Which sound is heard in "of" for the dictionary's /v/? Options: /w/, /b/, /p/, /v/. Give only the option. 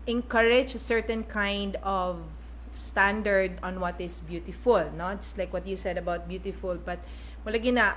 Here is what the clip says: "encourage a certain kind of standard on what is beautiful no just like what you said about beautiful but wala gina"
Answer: /v/